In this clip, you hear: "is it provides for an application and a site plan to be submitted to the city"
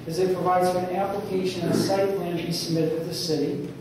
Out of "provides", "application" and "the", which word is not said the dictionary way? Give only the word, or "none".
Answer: application